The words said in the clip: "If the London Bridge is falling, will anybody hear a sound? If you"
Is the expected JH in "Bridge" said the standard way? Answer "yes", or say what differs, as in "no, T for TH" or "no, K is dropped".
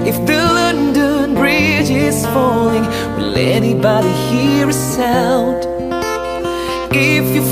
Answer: yes